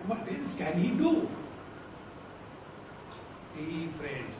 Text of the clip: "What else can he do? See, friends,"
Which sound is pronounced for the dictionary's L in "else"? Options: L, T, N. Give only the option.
N